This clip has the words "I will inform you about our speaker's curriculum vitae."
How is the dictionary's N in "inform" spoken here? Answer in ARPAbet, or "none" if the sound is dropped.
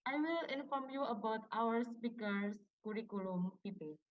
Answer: N